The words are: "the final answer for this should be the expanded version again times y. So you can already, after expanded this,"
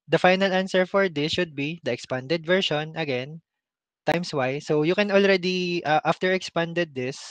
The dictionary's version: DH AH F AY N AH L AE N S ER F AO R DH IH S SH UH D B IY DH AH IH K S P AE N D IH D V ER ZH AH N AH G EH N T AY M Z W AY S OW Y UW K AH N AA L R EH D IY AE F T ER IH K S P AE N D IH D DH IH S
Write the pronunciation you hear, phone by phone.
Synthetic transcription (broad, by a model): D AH F AY N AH L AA N S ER F AO R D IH S SH UH D B IY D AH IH K S P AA N D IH D V ER SH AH N AH G EH N T AY M S W AY S OW Y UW K AH N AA L R EH D IY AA F T ER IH K S P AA N D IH D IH S